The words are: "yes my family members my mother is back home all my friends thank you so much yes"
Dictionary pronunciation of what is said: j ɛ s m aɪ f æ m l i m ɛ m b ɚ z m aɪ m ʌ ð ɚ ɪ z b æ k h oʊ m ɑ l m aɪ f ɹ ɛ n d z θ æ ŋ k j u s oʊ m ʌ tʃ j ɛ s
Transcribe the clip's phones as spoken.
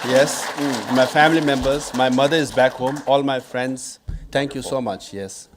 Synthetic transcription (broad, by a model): j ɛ s m aɪ f æ m l i m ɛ m b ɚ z m aɪ m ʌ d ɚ ɪ z b æ k h oʊ m ɑ l m aɪ f ɹ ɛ n d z t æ ŋ k j u s oʊ m ʌ tʃ j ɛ s